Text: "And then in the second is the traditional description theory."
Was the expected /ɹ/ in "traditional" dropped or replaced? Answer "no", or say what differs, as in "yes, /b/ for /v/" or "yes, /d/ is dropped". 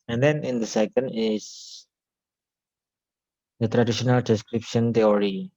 no